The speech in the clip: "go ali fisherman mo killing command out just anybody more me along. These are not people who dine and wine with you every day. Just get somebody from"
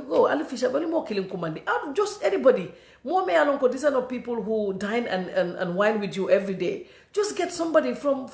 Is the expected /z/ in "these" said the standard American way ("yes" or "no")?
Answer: no